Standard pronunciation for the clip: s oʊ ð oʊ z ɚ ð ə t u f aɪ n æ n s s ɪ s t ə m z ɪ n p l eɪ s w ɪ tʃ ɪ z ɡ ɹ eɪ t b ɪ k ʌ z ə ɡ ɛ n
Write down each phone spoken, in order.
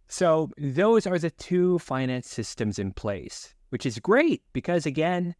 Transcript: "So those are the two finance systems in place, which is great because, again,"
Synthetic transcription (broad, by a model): s oʊ ð oʊ z ɚ ð ə t u f aɪ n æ n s s ɪ s t ə m z ɪ n p l eɪ s w ɪ tʃ ɪ z ɡ ɹ eɪ t b ɪ k ʌ z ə ɡ ɛ n